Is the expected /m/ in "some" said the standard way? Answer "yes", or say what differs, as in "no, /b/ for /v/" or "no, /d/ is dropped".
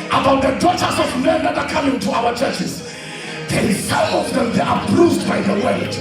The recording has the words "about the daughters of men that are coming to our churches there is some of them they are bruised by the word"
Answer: no, /m/ is dropped